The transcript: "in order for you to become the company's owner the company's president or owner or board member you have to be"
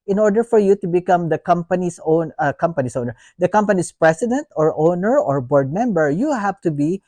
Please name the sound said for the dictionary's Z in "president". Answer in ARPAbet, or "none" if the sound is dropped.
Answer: S